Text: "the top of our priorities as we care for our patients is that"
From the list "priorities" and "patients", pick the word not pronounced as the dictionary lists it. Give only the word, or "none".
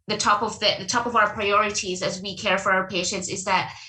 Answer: none